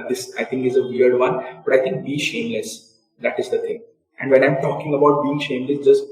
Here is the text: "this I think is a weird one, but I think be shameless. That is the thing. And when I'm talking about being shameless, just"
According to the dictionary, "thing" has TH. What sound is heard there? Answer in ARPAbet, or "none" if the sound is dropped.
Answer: T